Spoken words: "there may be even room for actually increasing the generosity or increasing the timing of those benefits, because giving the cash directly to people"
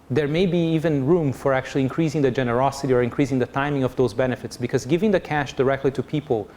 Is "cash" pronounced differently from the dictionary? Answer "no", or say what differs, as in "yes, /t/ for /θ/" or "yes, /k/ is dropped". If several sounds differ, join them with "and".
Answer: no